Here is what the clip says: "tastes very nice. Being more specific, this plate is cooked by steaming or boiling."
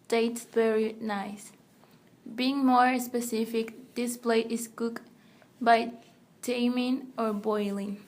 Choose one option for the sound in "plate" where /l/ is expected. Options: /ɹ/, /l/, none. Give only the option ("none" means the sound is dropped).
/l/